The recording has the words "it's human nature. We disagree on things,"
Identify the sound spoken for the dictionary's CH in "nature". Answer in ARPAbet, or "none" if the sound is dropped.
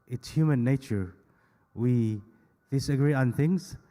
CH